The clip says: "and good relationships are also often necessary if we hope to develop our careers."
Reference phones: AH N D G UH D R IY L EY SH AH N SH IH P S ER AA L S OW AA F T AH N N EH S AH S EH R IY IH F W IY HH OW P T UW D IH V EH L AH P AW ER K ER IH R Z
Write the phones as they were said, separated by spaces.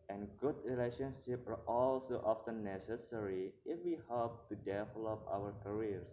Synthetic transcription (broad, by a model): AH N G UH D R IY L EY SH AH N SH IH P ER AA L S OW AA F T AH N N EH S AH S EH R IY IH F W IY HH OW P T UW D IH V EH L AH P AW ER K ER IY R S